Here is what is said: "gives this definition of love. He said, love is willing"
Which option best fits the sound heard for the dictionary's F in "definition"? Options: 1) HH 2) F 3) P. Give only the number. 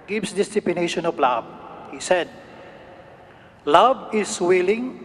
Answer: 3